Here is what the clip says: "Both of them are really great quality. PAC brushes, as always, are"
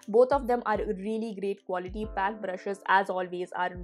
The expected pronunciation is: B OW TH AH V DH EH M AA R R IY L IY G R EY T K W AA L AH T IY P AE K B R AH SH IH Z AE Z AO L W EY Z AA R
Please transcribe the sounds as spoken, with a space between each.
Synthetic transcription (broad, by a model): B OW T AH V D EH M AA R R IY L IY G R EY T K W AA L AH T IY P AE K B R AH SH IH Z AE Z AO L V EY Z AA R